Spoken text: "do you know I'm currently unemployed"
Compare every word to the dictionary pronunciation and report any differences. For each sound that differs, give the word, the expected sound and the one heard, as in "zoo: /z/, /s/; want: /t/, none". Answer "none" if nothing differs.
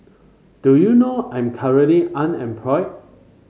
currently: /n/, none